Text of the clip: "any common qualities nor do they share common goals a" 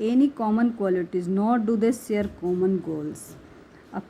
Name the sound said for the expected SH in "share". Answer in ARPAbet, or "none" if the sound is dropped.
S